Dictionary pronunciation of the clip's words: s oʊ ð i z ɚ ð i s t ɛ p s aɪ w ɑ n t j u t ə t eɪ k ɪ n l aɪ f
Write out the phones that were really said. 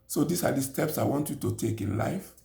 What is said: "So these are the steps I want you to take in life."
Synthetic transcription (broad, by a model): s oʊ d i s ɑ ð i s t ɛ p s aɪ w ɑ n t j u t ə t eɪ k ɪ n l aɪ f